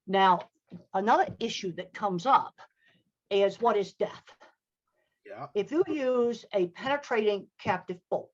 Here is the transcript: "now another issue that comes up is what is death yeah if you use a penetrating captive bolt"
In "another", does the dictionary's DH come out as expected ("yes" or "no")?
yes